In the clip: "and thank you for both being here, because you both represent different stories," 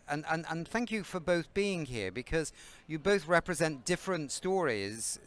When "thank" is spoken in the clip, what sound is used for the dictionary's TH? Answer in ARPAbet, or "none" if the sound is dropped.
TH